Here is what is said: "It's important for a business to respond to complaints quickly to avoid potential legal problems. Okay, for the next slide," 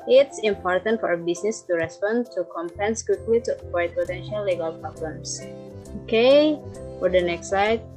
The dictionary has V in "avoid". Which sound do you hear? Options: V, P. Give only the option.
P